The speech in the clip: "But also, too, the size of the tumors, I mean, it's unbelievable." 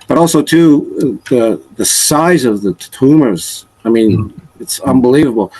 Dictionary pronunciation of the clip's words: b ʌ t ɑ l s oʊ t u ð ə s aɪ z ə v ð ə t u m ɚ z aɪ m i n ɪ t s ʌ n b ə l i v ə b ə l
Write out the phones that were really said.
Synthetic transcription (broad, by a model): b ʌ t ɑ l s oʊ t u ð ə s aɪ z ə v ð ə t u m ɚ z aɪ m i n ɪ t s ʌ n b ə l i v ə b l